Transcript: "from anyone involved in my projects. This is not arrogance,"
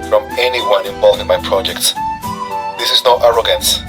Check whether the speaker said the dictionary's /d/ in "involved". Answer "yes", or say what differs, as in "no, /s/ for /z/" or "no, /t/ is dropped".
no, /d/ is dropped